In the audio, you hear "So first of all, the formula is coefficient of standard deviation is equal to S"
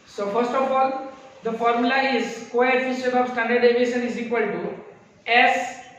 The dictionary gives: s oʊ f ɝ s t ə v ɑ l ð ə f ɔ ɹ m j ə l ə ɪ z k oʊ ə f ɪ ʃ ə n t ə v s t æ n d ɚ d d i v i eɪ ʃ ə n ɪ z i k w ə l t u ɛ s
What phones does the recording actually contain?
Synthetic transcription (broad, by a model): s oʊ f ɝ s t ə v ɑ l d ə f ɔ ɹ m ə l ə ɪ z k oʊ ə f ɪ s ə t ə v s t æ n d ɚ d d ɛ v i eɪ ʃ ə n ɪ z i k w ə l t u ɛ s